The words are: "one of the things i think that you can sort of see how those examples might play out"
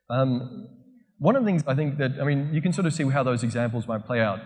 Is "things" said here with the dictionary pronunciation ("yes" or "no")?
yes